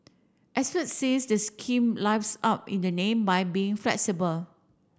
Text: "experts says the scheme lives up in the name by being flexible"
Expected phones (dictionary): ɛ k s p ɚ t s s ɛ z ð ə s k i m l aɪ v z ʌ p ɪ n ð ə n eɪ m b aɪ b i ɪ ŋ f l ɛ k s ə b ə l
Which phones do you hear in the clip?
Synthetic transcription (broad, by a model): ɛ s f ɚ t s s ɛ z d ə s k i m l aɪ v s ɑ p ɪ n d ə n eɪ m b aɪ b i ɪ ŋ f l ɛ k s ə b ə l